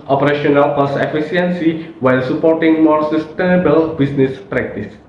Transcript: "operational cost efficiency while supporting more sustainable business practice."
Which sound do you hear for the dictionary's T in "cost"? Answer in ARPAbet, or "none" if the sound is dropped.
none